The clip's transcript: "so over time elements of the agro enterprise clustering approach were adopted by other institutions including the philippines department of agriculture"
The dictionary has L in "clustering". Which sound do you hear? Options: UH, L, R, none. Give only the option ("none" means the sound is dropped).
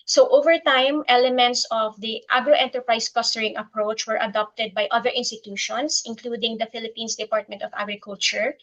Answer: none